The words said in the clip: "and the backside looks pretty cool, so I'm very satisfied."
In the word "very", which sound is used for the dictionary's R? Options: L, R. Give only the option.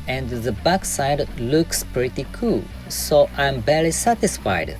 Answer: L